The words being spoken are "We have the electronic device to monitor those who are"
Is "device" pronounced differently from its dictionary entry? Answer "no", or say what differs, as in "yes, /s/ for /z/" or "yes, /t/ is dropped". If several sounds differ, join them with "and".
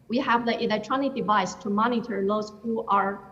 no